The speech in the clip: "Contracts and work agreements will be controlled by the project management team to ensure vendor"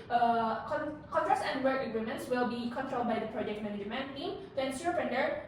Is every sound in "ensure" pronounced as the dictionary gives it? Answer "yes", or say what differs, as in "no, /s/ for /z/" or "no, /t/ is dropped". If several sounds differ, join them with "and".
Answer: no, /s/ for /ʃ/